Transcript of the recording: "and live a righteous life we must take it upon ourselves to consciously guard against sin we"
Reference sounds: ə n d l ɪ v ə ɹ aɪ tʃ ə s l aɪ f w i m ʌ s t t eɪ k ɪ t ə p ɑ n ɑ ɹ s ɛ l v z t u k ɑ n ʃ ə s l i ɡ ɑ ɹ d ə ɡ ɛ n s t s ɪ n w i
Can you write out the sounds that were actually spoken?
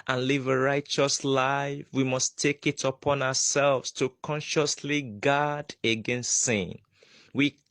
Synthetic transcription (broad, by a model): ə n l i v ə ɹ aɪ tʃ ə s l aɪ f w i m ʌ s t t eɪ k ɪ t ə p ɑ n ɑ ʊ s ɛ l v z t u k ɑ n ʃ ə s l i ɡ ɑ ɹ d ə ɡ ɛ n s t s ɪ n w i